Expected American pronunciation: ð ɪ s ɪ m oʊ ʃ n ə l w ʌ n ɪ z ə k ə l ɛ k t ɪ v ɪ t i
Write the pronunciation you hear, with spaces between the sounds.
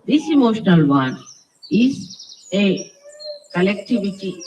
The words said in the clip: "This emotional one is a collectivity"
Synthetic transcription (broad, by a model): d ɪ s ɪ m oʊ ʃ n ə l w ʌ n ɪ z ə k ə l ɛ k t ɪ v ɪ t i